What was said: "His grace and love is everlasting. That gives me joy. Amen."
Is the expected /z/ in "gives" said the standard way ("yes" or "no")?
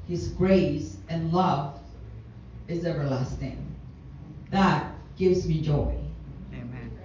yes